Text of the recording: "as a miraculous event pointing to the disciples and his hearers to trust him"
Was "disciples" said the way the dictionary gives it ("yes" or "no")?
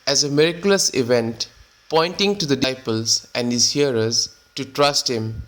no